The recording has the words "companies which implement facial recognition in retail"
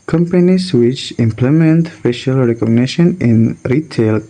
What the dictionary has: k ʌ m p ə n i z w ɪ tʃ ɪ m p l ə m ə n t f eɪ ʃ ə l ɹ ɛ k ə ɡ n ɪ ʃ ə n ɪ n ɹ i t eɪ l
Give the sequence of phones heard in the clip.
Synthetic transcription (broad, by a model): k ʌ m p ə n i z w ɪ tʃ ɪ m p l ə m ə n t f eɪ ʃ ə l ɹ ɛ k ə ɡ n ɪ ʃ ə n ɪ n ɹ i t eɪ l